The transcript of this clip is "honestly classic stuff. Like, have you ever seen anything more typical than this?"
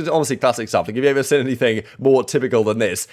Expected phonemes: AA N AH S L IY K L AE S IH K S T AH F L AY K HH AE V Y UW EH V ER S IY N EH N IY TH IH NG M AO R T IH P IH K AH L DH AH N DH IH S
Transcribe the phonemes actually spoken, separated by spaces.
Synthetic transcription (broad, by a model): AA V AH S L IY K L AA S IH K S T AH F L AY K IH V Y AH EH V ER S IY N EH N IY TH IH NG M AO T IH P IH K AH L DH AH N DH IH S